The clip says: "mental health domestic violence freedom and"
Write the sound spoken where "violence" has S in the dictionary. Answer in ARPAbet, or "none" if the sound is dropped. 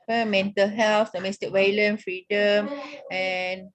none